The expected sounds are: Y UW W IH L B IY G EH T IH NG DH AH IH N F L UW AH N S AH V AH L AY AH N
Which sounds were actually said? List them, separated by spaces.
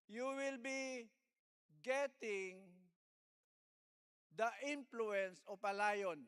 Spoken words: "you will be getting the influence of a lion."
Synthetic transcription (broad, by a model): Y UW W IH L B IY G EH T IH NG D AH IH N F L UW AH N S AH P AH L AY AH N